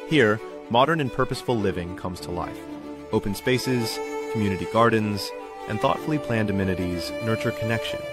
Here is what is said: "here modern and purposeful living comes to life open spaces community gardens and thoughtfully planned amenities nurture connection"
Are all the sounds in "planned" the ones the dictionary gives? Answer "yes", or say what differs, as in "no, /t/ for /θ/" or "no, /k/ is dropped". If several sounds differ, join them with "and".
yes